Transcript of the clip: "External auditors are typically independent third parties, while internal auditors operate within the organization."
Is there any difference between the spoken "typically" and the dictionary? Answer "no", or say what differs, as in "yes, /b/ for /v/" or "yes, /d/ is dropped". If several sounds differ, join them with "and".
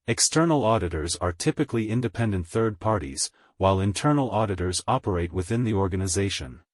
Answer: no